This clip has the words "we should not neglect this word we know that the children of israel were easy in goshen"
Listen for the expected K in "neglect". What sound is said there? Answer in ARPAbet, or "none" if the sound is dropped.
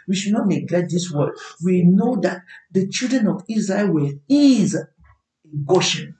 none